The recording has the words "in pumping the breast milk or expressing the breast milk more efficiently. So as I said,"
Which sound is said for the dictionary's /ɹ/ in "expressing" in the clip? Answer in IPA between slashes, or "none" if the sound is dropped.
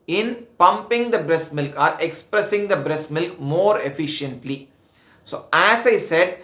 /ɹ/